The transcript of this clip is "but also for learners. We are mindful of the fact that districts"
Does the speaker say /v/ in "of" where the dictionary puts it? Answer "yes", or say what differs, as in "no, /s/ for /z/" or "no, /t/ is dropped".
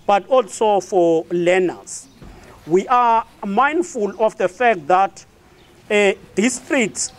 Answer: no, /f/ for /v/